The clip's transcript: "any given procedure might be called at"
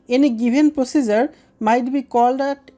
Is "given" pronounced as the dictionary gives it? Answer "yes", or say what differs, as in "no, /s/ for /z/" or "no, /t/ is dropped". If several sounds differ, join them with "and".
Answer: no, /b/ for /v/